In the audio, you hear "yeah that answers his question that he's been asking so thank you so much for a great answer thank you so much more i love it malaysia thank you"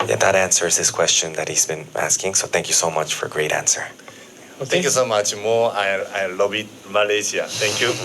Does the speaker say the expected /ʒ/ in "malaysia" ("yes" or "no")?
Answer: no